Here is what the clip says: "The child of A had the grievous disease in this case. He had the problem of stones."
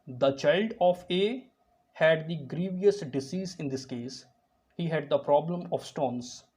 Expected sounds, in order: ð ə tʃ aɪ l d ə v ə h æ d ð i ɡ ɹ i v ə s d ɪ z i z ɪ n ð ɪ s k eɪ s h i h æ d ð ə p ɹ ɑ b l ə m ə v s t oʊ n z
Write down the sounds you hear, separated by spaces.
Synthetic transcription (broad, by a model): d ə tʃ aɪ l d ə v ə h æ d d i ɡ ɹ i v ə s d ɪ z i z ɪ n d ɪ s k eɪ s h i h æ d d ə p ɹ ɑ b l ə m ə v s t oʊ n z